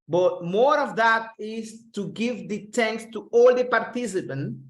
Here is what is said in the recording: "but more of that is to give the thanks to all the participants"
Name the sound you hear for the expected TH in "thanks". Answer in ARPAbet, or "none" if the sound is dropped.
T